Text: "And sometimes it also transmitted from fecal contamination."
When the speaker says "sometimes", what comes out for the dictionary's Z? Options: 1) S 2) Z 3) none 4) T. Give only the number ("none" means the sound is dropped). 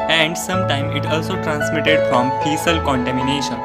3